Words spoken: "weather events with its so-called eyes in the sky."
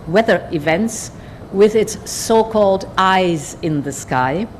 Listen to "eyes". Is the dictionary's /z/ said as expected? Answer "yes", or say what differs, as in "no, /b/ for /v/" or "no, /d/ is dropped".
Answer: yes